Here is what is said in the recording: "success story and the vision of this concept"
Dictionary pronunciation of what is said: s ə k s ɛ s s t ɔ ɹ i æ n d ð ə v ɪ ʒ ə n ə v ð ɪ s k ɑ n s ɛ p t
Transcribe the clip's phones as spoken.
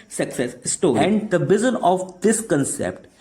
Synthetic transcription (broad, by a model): s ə k s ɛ s s t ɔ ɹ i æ n d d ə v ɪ z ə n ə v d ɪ s k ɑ n s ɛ p t